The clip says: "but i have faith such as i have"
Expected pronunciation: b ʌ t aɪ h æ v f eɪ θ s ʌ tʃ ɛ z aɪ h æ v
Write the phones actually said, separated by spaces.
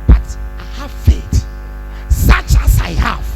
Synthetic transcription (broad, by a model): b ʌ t aɪ h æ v f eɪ t s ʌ tʃ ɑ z aɪ h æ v